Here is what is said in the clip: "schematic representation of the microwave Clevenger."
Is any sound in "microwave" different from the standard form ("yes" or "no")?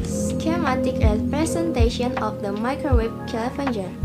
yes